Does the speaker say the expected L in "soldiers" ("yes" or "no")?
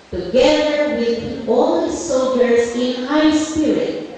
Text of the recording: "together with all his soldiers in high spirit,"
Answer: no